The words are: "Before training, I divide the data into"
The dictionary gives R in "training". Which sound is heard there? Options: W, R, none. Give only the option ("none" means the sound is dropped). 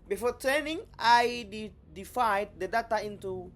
none